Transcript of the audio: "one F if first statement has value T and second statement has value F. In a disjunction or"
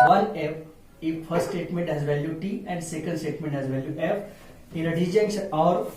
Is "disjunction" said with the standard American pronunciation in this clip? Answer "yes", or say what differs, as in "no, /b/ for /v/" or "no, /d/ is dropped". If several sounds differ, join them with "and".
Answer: no, /s/ is dropped